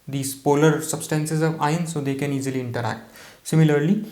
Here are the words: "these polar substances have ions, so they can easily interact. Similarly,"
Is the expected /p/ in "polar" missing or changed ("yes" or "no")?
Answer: no